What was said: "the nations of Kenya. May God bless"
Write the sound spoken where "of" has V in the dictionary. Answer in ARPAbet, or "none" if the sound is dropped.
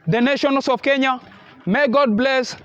F